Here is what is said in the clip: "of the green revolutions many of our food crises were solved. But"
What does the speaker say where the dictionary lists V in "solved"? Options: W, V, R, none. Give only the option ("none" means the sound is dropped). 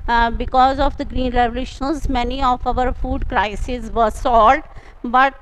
none